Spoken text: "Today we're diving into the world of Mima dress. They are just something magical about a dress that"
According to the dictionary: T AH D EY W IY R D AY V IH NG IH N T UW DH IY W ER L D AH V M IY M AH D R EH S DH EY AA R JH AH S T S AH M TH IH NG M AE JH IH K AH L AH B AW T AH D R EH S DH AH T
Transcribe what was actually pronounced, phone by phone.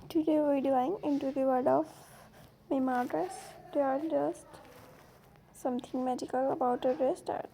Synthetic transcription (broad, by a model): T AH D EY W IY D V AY IH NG IH N T UW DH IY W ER D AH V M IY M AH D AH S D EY AA R JH AH S T S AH M T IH NG M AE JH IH K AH L AH B AW T AH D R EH S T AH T